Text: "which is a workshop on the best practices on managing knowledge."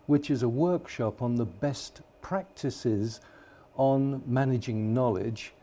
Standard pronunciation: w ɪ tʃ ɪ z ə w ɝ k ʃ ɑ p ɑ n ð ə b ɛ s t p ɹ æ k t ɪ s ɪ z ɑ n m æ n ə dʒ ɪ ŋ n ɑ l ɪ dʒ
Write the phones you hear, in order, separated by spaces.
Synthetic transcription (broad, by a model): w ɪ tʃ ɪ z ə w ɝ k ʃ ɑ p n ð ə b ɛ s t p ɹ æ k t ɪ s ɪ z n m æ n ə dʒ ɪ ŋ n ɑ l ɪ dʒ